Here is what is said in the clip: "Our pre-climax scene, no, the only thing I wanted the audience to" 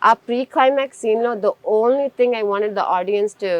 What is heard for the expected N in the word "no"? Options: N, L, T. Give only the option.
L